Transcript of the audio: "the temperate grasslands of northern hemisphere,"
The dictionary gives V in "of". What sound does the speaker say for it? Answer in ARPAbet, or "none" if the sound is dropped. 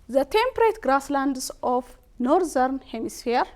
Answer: F